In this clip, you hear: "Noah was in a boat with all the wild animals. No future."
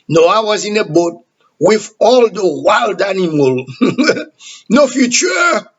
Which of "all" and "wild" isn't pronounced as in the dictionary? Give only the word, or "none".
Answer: none